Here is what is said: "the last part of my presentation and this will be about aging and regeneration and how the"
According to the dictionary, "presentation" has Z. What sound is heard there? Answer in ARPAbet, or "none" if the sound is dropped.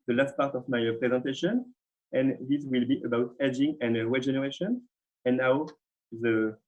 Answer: Z